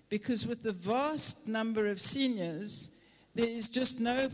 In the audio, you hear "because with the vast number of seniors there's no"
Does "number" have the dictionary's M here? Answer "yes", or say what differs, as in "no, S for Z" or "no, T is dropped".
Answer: yes